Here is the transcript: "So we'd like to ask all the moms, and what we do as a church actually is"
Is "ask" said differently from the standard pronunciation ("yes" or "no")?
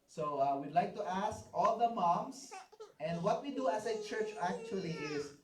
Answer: no